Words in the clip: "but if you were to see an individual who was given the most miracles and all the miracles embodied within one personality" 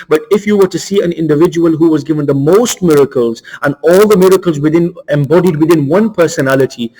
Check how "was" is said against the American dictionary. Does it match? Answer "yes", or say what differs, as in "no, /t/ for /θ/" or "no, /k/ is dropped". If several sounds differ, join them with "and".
yes